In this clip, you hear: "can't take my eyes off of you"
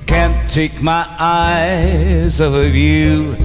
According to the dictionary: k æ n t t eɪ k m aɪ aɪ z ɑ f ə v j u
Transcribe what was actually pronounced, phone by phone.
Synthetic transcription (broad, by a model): k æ n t t eɪ k m aɪ aɪ z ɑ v ə v j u